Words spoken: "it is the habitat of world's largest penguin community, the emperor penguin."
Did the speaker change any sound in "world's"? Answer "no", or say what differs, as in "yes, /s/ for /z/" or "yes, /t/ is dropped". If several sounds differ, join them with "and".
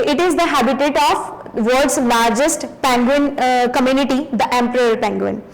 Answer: yes, /l/ is dropped